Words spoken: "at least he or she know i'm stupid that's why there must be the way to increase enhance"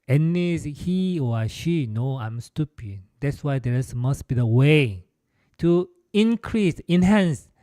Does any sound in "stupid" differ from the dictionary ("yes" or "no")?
no